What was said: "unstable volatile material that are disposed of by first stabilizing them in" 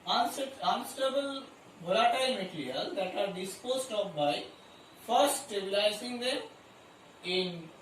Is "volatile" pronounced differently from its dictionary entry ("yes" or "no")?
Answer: yes